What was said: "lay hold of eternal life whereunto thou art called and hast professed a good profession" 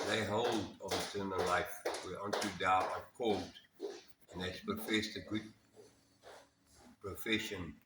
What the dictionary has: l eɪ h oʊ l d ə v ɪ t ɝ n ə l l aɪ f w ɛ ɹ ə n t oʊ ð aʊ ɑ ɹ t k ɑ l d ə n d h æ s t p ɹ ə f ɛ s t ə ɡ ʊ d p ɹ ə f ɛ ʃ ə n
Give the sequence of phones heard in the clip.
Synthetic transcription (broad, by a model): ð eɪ h oʊ l d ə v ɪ t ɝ n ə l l aɪ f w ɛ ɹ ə n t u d aʊ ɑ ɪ k ɑ l d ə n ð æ t p ɹ ə f ɛ s t ə ɡ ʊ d p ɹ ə f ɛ ʃ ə n